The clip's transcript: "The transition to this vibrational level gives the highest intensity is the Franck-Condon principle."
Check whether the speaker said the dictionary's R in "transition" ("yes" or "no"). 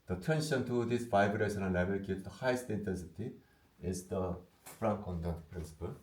no